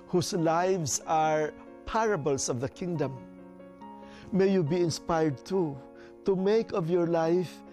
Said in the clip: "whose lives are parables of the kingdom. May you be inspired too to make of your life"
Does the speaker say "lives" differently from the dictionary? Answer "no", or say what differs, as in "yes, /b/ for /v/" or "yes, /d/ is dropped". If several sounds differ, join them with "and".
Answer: yes, /s/ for /z/